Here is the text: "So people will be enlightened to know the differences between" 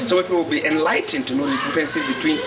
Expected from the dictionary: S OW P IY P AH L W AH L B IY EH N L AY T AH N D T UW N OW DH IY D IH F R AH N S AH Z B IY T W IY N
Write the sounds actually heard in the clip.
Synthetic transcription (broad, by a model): S OW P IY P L W AH L B IY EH N L AY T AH N T UW N OW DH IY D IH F AH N S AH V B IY T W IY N